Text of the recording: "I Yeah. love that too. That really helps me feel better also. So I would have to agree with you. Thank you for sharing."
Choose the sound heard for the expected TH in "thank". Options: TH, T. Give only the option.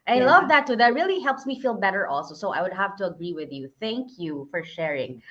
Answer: TH